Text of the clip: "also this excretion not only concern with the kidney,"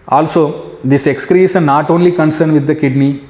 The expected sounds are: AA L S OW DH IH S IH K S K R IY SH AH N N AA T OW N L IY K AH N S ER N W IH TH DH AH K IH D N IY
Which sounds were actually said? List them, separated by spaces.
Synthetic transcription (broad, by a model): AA L S OW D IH S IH K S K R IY S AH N N AA T OW N L IY K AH N S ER N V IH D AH K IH D N IY